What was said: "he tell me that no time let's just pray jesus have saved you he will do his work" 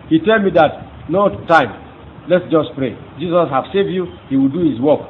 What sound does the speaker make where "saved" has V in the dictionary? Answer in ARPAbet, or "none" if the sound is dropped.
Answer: V